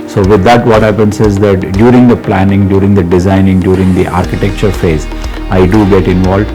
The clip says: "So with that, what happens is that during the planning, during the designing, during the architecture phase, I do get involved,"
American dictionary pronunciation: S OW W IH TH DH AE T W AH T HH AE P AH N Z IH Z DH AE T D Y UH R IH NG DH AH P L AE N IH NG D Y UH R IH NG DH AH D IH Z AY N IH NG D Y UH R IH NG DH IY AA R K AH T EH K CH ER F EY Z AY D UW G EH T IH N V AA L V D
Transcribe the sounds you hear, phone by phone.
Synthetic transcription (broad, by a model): S OW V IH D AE T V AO T HH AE P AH N S IH Z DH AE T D Y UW R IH NG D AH P L AE N IH NG D Y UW R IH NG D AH D IH Z AY N IH NG D Y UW R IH NG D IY AA R K AH T EH K CH ER F EY Z AY D UW G EH T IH N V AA L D